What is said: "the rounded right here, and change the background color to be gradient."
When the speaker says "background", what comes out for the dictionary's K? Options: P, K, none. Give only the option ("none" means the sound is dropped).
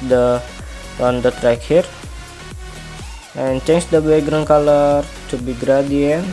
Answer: none